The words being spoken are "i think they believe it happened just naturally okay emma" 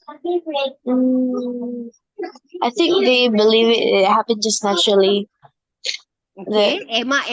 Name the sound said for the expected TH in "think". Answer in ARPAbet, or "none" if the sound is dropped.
TH